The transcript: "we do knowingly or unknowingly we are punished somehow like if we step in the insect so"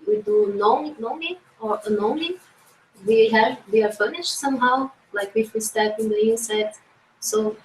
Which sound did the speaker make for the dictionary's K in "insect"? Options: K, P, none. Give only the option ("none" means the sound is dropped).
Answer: none